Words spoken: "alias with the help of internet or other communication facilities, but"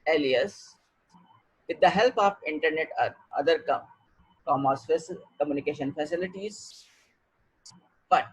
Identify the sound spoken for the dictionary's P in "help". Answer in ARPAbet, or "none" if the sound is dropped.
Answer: P